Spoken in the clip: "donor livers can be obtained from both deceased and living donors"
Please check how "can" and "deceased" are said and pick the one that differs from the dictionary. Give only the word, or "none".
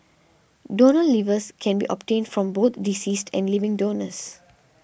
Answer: none